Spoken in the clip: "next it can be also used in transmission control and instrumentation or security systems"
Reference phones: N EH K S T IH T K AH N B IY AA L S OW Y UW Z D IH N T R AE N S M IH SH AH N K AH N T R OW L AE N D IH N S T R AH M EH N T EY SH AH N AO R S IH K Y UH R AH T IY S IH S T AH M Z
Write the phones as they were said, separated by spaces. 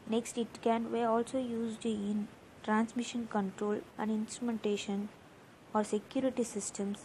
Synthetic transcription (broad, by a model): N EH K S T IH T K AH N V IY AA L S OW Y UW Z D IH N T R AE N S M IH SH AH N K AH N T R OW L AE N D IH N S T R AH M EH N T EY SH AH N AO R S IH K Y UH R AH T IY S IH S T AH M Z